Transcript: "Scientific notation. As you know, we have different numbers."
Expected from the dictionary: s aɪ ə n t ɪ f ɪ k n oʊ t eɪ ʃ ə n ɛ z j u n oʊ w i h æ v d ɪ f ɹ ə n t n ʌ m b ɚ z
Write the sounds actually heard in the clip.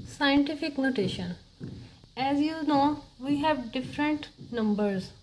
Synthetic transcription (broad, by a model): s aɪ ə n t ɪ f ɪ k n oʊ t eɪ ʃ ə n ɛ z j u n oʊ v i h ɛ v d ɪ f ɹ ə n t n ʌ m b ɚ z